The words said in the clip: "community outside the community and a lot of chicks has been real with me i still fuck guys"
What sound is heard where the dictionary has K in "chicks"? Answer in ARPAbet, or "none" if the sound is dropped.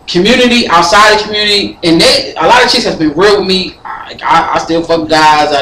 none